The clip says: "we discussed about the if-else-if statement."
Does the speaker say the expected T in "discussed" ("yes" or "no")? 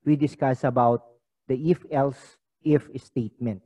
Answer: no